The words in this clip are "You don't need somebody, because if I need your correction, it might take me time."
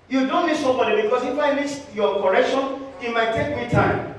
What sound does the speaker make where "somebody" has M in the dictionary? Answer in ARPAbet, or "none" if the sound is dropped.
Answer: none